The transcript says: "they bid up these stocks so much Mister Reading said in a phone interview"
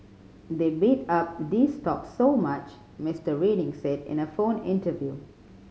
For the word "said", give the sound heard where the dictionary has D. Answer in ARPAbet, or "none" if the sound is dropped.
D